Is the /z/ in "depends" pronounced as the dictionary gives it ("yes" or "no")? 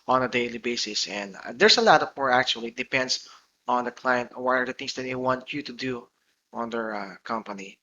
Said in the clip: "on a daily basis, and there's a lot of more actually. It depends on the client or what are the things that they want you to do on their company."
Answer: no